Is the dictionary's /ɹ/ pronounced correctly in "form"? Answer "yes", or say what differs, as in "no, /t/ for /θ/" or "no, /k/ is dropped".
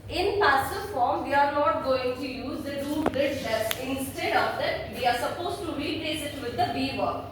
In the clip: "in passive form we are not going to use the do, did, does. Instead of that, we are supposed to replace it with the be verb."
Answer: yes